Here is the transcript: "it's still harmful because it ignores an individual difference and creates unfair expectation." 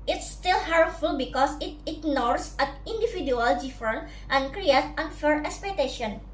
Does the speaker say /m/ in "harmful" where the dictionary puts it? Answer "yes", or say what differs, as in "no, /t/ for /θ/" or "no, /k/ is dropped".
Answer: no, /m/ is dropped